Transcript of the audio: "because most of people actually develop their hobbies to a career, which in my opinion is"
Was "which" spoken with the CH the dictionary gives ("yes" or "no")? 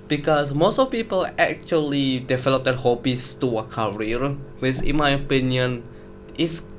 no